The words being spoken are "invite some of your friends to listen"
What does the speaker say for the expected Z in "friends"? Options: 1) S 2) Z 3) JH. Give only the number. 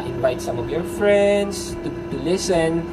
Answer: 1